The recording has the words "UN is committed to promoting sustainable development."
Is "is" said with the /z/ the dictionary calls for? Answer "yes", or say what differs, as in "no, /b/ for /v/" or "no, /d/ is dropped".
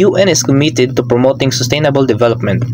no, /s/ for /z/